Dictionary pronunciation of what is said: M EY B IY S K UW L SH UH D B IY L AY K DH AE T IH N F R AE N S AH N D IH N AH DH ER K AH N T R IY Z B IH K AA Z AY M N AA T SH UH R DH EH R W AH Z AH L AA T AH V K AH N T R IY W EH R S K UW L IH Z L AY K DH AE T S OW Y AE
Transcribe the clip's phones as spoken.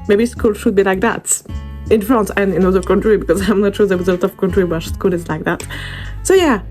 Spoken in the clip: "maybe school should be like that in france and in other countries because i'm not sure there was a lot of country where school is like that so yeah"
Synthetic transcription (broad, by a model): M EY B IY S K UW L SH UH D B IY L AY K DH AE T IH N F R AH N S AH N IH N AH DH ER K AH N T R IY B IH K AA Z AY M N AA T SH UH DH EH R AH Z AH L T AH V K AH N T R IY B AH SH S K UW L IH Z L AY K DH AE T S OW Y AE